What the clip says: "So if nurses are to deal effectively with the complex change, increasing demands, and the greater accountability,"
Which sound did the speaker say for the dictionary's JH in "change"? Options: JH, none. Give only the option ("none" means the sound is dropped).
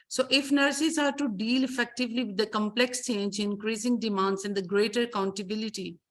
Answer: JH